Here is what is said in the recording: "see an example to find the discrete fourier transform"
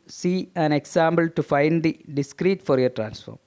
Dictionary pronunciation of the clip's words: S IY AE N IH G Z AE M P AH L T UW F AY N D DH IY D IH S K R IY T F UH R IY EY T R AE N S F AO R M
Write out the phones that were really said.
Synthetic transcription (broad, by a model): S IY AE N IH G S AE M B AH L T UW F AY N D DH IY D IH S K R IY T F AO R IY T R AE N S F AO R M